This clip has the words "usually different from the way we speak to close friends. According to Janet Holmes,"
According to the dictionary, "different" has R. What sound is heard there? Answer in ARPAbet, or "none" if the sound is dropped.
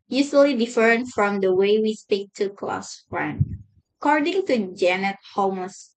none